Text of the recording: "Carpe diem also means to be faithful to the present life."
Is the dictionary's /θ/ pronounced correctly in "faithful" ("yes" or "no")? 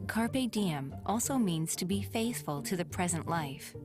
yes